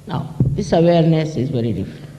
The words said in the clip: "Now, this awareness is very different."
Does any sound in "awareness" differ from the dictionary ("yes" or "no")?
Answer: no